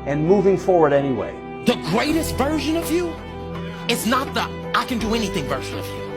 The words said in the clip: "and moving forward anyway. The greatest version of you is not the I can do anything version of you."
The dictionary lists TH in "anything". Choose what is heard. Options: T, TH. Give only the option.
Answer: TH